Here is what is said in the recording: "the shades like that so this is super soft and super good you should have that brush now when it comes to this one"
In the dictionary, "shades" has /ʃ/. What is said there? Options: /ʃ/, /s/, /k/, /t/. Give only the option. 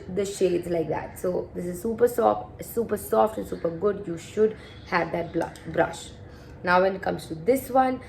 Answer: /ʃ/